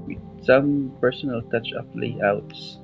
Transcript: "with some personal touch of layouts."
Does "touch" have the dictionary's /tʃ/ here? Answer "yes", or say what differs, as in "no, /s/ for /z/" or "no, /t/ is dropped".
yes